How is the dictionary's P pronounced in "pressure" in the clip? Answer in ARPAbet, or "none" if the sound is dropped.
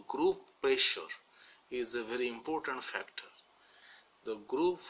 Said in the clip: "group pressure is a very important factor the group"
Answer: P